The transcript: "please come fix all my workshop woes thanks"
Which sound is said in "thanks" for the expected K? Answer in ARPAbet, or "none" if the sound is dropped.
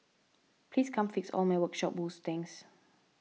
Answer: none